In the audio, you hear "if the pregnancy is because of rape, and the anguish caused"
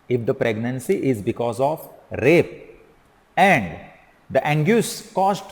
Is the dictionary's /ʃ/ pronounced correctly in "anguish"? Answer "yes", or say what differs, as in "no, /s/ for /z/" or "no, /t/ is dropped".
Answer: no, /s/ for /ʃ/